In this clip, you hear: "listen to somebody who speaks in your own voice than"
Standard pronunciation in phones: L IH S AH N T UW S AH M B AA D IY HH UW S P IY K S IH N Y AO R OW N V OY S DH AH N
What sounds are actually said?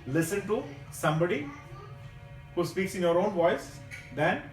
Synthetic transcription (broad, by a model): L IH S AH N T UW S AH M B AA D IY HH UW S P IY K S IH N Y AO R OW N V OY S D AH N